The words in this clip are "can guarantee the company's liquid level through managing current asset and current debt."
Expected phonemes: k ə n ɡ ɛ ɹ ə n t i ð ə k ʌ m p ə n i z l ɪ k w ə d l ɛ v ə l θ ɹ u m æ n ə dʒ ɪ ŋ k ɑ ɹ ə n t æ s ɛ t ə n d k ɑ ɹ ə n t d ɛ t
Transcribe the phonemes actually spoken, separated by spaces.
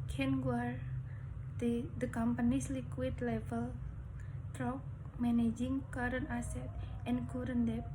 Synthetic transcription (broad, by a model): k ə n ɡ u ə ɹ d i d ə k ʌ m p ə n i s l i k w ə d l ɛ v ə l t ɹ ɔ m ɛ n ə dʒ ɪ ŋ k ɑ ɹ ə n ɑ s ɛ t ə n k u ɹ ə n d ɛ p